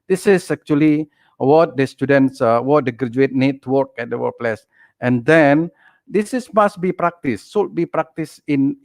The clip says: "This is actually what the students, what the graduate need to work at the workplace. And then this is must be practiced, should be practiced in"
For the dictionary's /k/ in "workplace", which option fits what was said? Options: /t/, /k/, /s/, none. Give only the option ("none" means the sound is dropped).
none